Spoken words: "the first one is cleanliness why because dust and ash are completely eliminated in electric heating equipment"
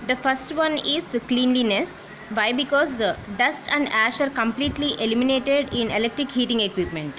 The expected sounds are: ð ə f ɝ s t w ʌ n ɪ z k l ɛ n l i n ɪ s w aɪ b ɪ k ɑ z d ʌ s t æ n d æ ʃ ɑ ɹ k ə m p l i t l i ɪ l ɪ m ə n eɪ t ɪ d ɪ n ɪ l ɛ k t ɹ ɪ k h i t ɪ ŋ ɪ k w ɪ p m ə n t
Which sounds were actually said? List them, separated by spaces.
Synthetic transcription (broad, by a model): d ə f ɝ s t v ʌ n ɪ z k l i n l i n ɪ s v aɪ b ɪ k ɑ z d ʌ s t æ n d æ ʃ ɑ ɹ k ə m p l i t l i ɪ l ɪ m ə n eɪ t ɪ d ɪ n ɪ l ɛ k t ɹ ɪ k h i t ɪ ŋ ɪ k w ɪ p m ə n t